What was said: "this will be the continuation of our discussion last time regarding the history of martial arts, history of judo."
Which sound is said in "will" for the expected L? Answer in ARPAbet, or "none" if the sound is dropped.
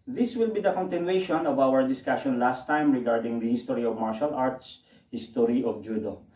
L